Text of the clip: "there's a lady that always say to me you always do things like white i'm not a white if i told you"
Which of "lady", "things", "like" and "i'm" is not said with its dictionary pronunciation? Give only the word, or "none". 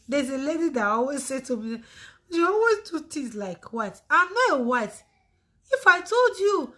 things